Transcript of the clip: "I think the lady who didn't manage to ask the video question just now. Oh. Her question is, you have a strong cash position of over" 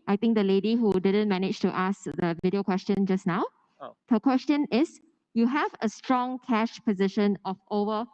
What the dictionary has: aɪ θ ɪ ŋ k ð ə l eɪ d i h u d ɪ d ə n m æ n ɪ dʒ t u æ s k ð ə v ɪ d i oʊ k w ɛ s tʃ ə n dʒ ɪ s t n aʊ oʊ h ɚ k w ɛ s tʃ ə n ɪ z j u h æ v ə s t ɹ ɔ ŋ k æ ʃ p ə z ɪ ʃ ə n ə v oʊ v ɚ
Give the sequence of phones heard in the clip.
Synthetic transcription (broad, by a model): aɪ t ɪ ŋ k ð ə l eɪ d i h u d ɪ d ə n m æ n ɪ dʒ t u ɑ s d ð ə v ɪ d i oʊ k w ɛ s tʃ ə n dʒ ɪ s n aʊ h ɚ k w ɛ s tʃ ə n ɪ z j u h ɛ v ə s t ɹ ɔ ŋ k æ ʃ p ə z ɪ ʃ ə n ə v oʊ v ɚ